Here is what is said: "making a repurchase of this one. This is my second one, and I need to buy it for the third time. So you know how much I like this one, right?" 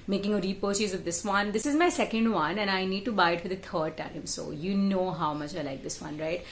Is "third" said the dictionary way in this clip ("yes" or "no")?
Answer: no